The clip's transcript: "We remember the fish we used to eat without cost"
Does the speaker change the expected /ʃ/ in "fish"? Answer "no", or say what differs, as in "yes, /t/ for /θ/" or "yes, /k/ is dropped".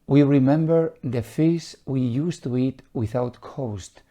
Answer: yes, /s/ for /ʃ/